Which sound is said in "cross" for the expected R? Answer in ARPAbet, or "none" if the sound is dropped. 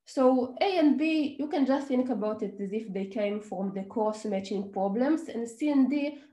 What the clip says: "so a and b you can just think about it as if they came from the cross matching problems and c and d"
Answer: none